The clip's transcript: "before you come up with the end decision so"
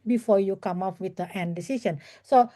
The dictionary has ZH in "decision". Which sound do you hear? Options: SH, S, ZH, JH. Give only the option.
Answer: S